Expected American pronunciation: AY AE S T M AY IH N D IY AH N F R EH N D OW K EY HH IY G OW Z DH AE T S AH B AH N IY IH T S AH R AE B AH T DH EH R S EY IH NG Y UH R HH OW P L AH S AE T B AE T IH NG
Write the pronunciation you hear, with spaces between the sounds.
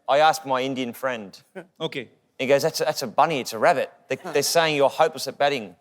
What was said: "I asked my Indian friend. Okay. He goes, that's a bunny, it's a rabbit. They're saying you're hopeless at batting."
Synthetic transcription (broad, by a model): AY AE S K M AY IH N D IY AH N F R EH N D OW K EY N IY G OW Z DH AE T S AH B AH N IY IH T S AH R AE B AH T DH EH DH S EY IH NG Y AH R HH OW P L AH S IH T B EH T IH NG